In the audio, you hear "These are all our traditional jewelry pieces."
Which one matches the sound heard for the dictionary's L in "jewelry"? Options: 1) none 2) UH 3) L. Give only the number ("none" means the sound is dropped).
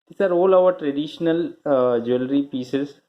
3